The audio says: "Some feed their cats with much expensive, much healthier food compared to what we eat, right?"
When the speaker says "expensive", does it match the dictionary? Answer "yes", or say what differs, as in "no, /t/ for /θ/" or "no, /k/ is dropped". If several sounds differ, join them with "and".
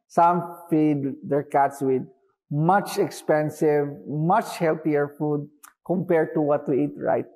yes